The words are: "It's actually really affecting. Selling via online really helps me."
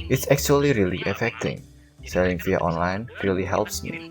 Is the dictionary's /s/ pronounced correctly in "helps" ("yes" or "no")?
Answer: yes